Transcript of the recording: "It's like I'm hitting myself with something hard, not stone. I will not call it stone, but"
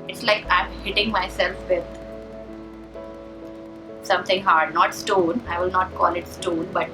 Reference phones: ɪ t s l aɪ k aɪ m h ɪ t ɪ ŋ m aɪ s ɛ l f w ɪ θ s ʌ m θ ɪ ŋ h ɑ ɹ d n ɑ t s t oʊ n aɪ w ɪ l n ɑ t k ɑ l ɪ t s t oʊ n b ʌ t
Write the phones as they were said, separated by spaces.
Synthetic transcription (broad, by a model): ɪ t s l aɪ k aɪ m h ɪ t ɪ ŋ m aɪ s ɛ l f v ɪ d s ʌ m t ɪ ŋ h ɑ ɹ d n ɑ t s t oʊ n aɪ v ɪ l n ɑ t k ɑ l ɪ t s t oʊ n b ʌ t